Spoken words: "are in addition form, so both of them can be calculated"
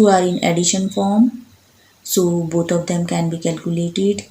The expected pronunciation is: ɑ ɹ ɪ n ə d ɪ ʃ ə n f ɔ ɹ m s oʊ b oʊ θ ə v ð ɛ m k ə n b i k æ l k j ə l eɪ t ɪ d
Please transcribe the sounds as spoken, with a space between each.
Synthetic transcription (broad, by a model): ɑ ɹ ɪ n ə d ɪ ʃ ə n f ɔ ɹ m s oʊ b oʊ t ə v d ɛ m k ə n b i k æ l k j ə l eɪ t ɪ d